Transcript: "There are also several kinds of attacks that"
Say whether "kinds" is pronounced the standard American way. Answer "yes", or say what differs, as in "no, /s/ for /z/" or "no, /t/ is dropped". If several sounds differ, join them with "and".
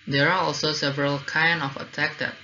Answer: no, /z/ is dropped